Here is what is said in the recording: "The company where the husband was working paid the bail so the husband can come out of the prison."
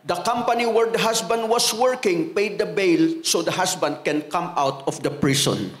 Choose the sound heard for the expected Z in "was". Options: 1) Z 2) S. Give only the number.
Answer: 2